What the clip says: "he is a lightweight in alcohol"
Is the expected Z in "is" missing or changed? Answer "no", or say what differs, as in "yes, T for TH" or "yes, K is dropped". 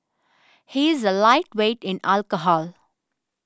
no